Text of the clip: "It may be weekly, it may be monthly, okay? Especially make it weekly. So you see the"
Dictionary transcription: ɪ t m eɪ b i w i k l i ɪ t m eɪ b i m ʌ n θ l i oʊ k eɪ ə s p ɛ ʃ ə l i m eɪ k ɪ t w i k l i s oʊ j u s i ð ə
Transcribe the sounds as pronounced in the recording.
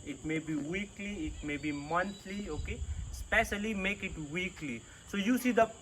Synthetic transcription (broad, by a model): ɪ t m eɪ b i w i k l i ɪ t m eɪ b i m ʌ n t l i oʊ k eɪ s p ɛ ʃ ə l i m eɪ k ɪ t w i k l i s oʊ j u s i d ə